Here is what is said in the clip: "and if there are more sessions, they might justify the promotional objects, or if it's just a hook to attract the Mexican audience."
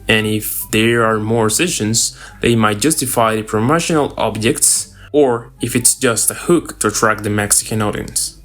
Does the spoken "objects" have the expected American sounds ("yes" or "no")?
yes